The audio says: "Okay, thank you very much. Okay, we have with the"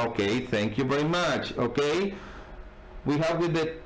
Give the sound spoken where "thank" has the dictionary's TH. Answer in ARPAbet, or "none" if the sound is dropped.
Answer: TH